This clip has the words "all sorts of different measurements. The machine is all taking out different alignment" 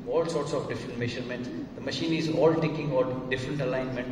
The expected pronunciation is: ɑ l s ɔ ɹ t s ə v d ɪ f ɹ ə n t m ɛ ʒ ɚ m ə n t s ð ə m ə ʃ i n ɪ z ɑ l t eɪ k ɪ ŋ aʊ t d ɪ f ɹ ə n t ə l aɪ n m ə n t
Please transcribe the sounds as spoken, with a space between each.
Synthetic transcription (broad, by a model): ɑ l s ɔ ɹ t s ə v d ɪ f ɹ ə n t m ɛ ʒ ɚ m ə n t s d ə m ə ʃ i n ɪ z ɑ l t eɪ k ɪ ŋ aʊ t d ɪ f ɹ ə n t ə l aɪ n m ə n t